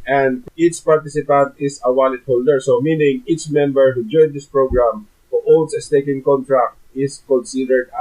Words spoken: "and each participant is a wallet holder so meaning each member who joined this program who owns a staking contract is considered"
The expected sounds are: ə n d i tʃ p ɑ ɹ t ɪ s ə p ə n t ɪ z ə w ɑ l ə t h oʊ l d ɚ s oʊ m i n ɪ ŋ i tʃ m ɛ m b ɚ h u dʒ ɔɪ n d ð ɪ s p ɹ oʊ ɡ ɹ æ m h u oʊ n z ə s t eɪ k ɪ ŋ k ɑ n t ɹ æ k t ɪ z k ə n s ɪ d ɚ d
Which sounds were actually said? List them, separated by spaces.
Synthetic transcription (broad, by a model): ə n d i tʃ p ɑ ɹ t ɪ s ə p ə n t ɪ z ə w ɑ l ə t h oʊ l d ɚ s oʊ m i n ɪ ŋ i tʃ m ɛ m b ɚ h u dʒ ɔɪ n d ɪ s p ɹ oʊ ɡ ɹ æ m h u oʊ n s ə s t eɪ k ɪ ŋ k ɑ n t ɹ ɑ k t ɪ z k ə n s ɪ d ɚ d